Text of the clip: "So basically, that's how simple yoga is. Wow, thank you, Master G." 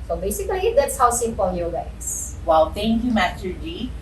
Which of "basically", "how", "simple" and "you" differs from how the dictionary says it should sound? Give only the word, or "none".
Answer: simple